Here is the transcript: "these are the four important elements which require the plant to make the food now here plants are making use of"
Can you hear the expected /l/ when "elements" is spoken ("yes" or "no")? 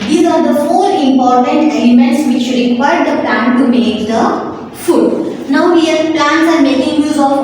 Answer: no